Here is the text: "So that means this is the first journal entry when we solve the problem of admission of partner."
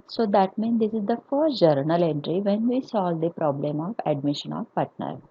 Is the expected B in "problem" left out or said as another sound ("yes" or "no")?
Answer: no